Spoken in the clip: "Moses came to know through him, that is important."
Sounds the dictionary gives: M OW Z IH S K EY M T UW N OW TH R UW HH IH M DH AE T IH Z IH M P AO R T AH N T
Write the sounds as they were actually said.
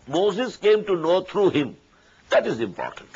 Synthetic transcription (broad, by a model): M OW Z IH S K EY M T UW N OW T R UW HH IH M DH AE T IH Z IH M P AO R T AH N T